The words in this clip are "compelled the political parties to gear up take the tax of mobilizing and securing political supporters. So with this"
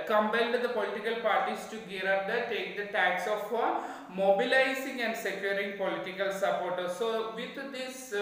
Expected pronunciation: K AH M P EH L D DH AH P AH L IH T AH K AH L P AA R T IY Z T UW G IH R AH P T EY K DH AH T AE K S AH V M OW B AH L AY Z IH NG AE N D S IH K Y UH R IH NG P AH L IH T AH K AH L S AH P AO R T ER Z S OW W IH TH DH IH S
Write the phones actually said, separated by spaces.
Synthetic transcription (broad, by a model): K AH M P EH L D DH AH P AH L IH T AH K AH L P AA R T IY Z T UW G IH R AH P T EY K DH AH T AE K S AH F M OW B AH L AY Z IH NG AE N D S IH K Y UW R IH NG P AH L IH T AH K AH L S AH P AO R T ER S OW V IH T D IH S